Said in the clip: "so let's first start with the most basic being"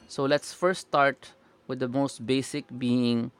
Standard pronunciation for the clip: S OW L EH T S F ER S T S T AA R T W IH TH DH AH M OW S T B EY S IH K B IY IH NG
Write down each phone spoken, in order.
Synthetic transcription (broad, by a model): S OW L EH T S F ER T S T AA R T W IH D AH M OW S T B EY S IH K B IY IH NG